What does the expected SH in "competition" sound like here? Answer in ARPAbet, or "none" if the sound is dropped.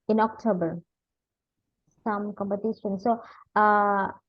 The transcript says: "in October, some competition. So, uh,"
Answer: S